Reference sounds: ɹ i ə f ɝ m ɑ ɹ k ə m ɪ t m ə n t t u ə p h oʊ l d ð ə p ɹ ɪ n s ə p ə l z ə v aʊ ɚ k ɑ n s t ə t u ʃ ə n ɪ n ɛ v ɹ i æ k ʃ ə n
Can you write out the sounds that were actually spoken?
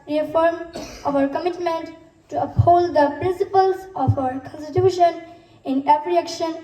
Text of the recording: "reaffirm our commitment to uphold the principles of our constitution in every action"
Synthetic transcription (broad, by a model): ɹ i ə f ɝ m ɑ ɹ k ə m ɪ t m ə n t t u ə p h oʊ l d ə p ɹ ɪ n s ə p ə l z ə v aʊ ɚ k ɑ n s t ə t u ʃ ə n ɪ n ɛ p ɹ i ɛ k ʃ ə n